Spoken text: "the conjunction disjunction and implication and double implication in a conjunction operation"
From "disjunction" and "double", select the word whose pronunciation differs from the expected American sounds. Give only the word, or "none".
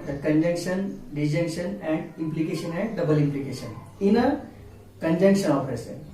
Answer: disjunction